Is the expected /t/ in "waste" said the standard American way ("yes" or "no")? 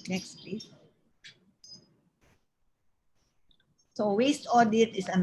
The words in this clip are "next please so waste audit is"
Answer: yes